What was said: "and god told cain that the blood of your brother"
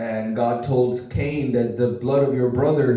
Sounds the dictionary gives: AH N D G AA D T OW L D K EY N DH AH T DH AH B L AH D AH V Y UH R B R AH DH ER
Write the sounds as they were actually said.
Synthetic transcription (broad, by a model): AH N G AA D T OW L D K EY N DH AH T DH AH B L AH D AH V Y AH R B R AH DH ER